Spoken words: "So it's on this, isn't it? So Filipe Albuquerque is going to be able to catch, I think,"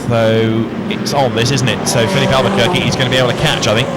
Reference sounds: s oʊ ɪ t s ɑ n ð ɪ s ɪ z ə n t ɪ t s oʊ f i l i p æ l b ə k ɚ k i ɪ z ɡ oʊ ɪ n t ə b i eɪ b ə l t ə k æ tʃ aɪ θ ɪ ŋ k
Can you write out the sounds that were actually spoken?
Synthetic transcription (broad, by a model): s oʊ ɪ t s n ð ɪ s ɪ z n t ɪ t s oʊ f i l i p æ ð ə k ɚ k i ɪ z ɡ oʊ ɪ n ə b i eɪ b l t ə k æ tʃ aɪ θ ɪ ŋ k